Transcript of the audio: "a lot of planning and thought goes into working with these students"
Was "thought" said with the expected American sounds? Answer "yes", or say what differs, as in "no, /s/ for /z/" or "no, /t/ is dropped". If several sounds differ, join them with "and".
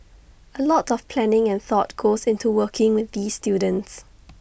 yes